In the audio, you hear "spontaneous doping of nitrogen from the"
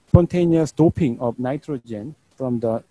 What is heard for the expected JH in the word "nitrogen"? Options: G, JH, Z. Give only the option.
JH